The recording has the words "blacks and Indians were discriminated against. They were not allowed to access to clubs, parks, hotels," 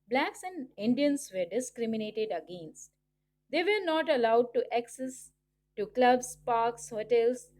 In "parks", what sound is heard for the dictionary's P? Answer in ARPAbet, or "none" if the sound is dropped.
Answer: P